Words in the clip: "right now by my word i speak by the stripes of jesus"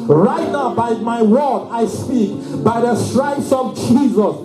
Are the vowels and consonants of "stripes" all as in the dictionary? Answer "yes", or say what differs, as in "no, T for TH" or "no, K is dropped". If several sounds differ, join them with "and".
no, P is dropped